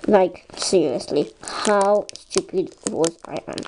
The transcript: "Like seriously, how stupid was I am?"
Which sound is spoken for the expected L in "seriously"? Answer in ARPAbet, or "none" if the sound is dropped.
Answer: L